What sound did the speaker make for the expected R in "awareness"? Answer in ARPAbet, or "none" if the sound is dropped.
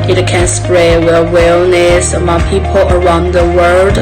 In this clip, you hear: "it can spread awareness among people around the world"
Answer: L